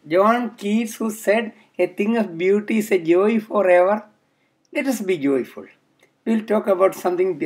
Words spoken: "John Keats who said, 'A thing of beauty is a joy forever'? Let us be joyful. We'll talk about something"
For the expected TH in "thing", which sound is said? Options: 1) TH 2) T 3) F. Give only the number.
2